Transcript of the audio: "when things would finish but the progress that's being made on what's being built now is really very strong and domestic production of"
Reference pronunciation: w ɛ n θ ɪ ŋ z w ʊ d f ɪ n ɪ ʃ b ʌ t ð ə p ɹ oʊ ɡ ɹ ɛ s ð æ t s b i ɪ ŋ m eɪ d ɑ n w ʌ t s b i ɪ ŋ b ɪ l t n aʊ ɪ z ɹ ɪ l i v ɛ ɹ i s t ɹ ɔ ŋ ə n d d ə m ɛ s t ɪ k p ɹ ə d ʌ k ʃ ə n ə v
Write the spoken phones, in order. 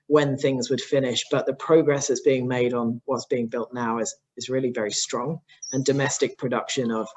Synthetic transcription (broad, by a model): w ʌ n θ ɪ ŋ z w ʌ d f ɪ n ɪ ʃ b ʌ t ð ə p ɹ oʊ ɡ ɹ ɛ s ð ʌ t s b i ɪ ŋ m eɪ d n w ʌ t s b i ɪ ŋ b ɪ l t n aʊ ɪ z ɹ ɪ l i v ɛ ɹ i s t ɹ ɔ ŋ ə n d d ə m ɛ s t ɪ k p ɹ ə d ʌ k ʃ ə n ə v